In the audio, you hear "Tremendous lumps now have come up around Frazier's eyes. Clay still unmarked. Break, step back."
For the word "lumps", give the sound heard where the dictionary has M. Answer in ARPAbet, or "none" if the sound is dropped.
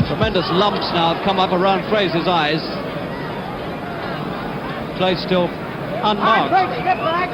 M